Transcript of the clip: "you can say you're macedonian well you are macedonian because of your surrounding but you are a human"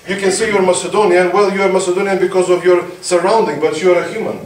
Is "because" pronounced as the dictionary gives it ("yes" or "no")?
yes